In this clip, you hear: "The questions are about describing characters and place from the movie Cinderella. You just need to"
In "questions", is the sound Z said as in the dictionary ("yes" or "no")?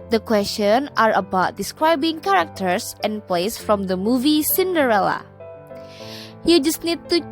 no